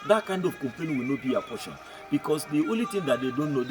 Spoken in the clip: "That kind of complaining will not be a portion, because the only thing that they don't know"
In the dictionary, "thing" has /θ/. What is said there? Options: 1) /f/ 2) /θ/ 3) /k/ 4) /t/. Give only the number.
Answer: 4